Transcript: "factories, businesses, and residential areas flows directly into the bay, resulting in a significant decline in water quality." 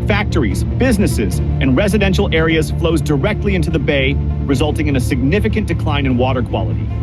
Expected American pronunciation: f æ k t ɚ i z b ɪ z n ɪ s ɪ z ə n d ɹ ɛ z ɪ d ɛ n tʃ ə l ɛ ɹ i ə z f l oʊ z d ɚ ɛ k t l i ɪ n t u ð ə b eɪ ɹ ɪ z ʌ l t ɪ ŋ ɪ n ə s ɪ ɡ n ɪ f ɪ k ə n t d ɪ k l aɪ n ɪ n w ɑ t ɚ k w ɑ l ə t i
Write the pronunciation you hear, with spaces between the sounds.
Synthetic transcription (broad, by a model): f æ k t ɚ i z b ɪ z n ɪ s ɪ z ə n ɹ ɛ z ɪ d ɛ n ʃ l ɛ ɹ i ə z f l oʊ z d ɚ ɛ k t l i ɪ n t u ð ə b eɪ ɹ ɪ z ʌ l t ɪ ŋ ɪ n ə s ɪ ɡ n ɪ f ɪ k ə n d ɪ k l aɪ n ɪ n w ɑ t ɚ k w ɑ l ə t i